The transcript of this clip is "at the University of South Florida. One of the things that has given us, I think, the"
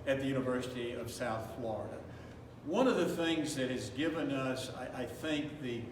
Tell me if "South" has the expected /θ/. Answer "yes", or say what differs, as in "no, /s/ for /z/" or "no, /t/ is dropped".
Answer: yes